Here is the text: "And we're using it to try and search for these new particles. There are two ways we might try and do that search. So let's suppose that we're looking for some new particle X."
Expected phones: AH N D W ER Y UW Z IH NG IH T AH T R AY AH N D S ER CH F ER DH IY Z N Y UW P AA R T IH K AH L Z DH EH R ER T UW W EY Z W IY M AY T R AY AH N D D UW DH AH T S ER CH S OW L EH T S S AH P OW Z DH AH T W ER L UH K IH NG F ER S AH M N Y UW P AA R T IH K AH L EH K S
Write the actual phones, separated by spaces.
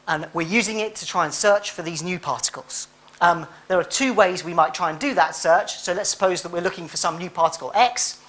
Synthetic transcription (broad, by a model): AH N W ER Y UW Z IH NG IH T AH T R AY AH N S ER CH F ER DH IY Z N Y UW P AA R T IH K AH L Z DH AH R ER T UW W EY Z W IY M AY T R AY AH N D D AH DH AH T S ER CH S OW L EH T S S AH P OW Z DH AH T W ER L UH K IH NG F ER S AH M N Y UW P AA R T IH K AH L EH K S